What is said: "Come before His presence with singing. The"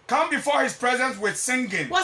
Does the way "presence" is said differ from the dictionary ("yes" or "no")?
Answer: no